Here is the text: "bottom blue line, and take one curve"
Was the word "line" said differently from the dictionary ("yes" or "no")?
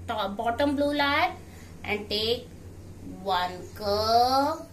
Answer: yes